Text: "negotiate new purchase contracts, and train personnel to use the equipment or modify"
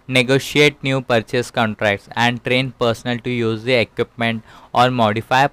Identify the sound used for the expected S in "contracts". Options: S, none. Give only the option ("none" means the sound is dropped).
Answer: S